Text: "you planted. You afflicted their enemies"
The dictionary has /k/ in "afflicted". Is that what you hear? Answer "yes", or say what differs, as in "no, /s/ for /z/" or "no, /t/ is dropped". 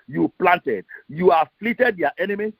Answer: no, /k/ is dropped